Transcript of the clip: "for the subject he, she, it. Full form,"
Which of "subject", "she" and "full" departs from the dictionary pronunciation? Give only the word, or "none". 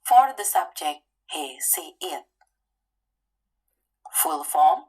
she